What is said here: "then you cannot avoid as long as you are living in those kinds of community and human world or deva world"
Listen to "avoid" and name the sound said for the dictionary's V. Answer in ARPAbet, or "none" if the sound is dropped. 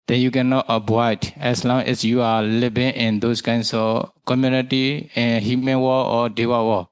B